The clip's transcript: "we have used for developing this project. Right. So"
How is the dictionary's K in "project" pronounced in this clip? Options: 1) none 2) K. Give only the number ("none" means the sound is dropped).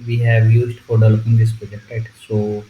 1